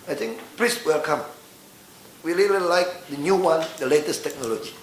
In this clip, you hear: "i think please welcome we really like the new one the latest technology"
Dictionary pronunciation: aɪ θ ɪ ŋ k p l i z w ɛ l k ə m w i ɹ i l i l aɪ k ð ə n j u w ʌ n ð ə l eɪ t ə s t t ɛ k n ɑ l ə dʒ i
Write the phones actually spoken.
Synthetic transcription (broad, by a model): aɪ t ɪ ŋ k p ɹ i s w ɛ l k ə m w i l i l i l aɪ k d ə n j u w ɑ n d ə l eɪ t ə s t t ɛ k n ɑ l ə dʒ i